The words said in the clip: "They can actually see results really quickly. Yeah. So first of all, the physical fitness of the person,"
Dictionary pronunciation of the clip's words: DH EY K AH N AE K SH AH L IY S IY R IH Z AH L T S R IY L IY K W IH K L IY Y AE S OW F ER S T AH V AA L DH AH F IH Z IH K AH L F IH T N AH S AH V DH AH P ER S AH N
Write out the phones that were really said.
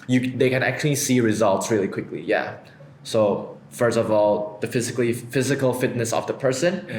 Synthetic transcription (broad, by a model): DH EY K AH N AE K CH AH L IY S IY R IH Z AH L T S R IY L IY K W IH K L IY Y AE S OW F ER S T AH V AA L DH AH F IH Z IH K AH L F IH T N AH S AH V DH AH P ER S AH N